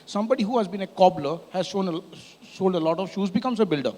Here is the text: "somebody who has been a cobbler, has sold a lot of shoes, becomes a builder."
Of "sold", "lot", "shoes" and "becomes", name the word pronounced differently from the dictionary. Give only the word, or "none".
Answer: none